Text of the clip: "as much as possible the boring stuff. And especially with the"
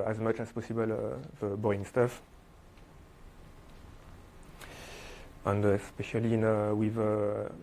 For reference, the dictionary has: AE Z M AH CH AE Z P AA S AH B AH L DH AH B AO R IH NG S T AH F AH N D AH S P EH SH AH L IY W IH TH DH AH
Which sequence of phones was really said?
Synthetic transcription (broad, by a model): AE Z M AH CH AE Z P AA S AH B AH L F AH B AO IH NG S T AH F AH N D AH S P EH SH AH L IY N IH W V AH